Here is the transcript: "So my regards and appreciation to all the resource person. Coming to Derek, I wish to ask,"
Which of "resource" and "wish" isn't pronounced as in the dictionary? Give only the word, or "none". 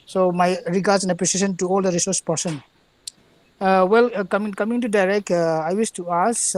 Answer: wish